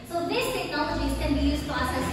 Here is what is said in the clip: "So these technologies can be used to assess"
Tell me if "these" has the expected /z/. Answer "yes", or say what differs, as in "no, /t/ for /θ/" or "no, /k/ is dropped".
no, /s/ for /z/